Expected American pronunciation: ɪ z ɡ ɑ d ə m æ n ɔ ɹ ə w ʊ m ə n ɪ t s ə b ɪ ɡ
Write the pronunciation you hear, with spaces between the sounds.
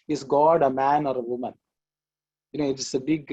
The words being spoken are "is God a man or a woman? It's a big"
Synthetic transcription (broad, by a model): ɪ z ɡ ɑ d ə m æ n ɔ ɹ ə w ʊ m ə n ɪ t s ə b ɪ ɡ